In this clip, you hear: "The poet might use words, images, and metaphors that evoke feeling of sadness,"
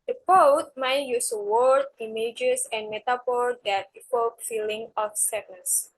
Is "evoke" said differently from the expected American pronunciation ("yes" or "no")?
yes